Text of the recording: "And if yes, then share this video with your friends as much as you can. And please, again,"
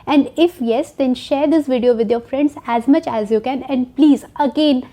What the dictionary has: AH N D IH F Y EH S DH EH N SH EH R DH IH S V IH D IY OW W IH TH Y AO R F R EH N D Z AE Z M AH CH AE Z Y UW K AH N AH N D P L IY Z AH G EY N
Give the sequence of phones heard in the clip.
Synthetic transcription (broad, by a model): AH N D IH F Y EH S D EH N SH EH R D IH S V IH D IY OW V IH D Y AO R F R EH N D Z AE Z M AH CH AE Z Y UW K AH N AH N D P L IY Z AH G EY N